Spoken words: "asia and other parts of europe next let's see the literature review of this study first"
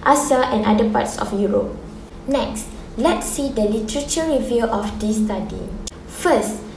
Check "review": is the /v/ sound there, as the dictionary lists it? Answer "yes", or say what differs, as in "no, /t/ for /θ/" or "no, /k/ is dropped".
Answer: yes